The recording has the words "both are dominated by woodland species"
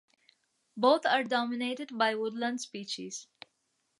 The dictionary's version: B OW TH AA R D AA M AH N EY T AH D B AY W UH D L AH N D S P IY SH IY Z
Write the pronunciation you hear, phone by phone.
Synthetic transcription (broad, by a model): B OW T AA R D AA M AH N EY T AH D B AY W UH D L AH N D S P IY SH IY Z